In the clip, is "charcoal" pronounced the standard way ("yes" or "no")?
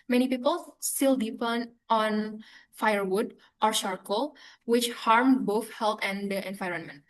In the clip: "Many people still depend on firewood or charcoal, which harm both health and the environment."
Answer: no